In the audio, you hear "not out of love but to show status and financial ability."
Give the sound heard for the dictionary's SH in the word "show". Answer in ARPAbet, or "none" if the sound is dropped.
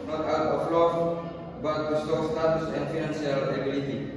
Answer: S